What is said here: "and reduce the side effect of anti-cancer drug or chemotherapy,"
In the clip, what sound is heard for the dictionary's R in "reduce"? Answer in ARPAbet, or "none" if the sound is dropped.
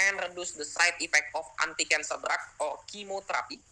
R